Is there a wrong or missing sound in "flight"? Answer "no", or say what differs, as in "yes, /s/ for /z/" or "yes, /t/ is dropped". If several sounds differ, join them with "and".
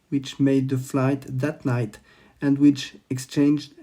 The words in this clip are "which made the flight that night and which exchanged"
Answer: no